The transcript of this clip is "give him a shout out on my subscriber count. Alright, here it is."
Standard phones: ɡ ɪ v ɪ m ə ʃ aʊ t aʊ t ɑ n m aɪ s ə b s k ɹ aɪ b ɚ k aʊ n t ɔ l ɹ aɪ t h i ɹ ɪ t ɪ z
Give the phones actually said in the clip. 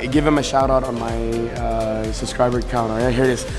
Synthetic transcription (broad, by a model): ɡ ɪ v ɪ m ə ʃ aʊ t aʊ t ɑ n m aɪ s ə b s k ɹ aɪ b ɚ k aʊ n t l aɪ h i ɹ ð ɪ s